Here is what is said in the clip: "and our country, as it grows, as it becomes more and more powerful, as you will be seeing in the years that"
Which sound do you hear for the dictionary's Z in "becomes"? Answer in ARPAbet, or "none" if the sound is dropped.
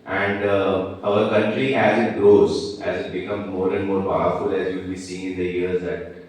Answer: none